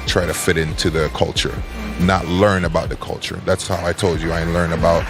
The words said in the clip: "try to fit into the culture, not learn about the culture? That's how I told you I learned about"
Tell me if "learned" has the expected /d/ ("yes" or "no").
no